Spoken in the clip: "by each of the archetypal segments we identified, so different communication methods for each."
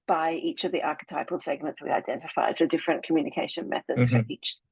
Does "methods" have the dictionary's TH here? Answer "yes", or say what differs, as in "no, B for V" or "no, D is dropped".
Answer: yes